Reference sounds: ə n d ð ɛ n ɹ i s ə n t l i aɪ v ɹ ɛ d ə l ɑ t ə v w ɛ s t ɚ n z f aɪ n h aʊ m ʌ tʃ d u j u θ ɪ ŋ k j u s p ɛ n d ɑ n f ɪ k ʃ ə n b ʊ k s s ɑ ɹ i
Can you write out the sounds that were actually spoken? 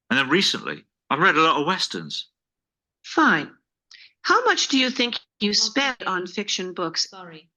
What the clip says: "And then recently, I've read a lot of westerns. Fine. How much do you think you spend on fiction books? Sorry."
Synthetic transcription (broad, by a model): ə n ð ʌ n ɹ i s ə n t l i aɪ v ɹ ɛ d ə l ɑ t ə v w ɛ s t ɚ n z f aɪ n h aʊ m ʌ tʃ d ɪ j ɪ θ ɪ ŋ k j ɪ s p ɛ n d n f ɪ k ʃ ə n b ʊ k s s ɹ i